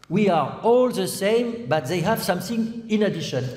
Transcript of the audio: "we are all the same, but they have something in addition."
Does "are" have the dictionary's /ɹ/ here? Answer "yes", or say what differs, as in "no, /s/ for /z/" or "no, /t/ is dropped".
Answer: yes